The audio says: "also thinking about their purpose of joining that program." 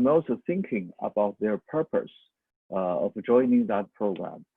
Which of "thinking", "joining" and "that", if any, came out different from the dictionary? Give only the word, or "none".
none